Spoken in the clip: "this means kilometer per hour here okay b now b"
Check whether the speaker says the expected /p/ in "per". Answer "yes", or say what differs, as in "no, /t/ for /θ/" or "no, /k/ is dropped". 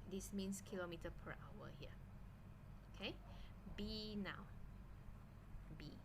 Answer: yes